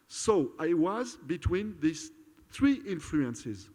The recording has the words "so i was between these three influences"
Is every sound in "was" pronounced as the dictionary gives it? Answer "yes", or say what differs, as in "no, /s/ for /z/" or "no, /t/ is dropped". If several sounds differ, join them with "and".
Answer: yes